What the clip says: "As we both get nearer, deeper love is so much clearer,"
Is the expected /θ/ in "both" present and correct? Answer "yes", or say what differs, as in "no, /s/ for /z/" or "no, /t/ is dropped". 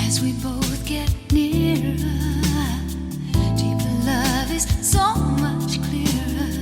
yes